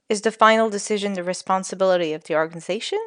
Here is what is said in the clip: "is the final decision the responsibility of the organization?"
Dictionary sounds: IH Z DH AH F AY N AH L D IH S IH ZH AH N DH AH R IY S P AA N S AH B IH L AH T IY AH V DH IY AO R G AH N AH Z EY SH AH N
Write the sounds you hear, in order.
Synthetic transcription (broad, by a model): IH Z DH AH F AY N L D IH S IH ZH AH N DH AH R IY S P AA N S AH B IH L AH T IY AH V DH IY AO R G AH N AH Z EY SH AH N